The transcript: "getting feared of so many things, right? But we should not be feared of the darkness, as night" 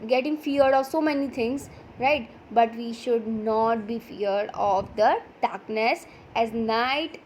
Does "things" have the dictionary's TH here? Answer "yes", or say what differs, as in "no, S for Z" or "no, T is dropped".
no, T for TH